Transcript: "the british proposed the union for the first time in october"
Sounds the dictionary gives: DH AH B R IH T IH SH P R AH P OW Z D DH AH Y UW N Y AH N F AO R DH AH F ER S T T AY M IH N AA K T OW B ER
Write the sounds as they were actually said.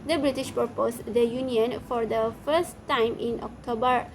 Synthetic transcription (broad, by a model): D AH B R IH T IH SH P AH P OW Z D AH Y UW N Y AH N F AO R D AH F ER S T T AY M IH N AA K T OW B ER